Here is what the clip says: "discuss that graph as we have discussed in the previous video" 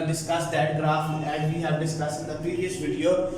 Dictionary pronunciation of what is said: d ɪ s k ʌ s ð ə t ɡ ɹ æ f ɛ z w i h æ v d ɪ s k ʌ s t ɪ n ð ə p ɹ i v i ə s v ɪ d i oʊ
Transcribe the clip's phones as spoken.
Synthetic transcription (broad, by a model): d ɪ s k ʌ s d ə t ɡ ɹ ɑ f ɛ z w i h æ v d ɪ s k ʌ s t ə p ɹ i i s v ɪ d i oʊ